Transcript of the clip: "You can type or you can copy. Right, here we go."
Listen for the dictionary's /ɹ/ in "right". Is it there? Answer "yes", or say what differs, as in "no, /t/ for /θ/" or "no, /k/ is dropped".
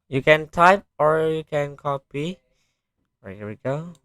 no, /w/ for /ɹ/